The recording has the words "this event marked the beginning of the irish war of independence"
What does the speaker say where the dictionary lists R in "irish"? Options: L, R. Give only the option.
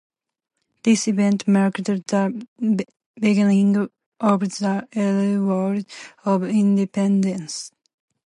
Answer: L